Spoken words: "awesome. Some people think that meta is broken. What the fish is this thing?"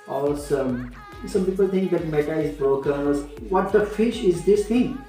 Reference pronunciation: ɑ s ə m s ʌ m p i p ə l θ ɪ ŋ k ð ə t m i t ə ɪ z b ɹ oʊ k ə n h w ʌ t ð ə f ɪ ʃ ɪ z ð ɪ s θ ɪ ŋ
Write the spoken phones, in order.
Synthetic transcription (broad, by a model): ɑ s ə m s ʌ m p i p ə l t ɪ ŋ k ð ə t m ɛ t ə ɪ z b ɹ oʊ k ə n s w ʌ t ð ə f ɪ ʃ ɪ z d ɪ s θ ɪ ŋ